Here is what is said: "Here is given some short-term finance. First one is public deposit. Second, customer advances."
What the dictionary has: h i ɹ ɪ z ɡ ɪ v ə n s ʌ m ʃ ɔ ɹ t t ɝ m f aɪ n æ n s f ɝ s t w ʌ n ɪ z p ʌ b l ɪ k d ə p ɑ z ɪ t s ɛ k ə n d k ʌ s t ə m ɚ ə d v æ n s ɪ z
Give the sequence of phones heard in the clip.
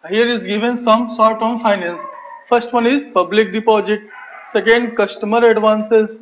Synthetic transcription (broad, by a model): h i ɹ ɪ z ɡ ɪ v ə n s ʌ m s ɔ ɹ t t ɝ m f aɪ n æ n s f ɝ s t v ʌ n ɪ z p ʌ b l ɪ k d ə p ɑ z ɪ t s ɛ k ə n d k ʌ s t ə m ɚ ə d v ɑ n s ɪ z